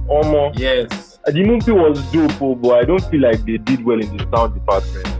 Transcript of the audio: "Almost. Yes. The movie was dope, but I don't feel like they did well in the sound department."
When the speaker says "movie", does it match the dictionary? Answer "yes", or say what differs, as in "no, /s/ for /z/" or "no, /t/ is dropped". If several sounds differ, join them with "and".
no, /p/ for /v/